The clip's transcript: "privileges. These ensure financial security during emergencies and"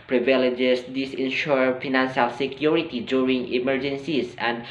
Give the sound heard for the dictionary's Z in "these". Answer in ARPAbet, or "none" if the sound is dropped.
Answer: S